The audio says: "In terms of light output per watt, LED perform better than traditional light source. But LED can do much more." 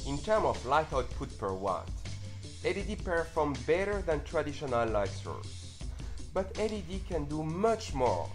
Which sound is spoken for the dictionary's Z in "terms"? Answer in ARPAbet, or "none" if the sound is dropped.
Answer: none